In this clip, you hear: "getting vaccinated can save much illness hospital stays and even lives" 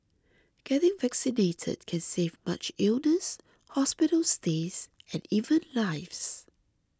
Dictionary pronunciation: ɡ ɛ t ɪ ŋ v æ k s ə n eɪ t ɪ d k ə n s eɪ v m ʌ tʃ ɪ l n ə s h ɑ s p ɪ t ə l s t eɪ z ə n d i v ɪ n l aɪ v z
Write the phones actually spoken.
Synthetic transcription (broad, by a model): ɡ ɛ t ɪ ŋ v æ k s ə n eɪ t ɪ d k ə n s eɪ v m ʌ tʃ ɪ l n ə s h ɑ s p ɪ t ə l s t eɪ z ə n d i v ɪ n l aɪ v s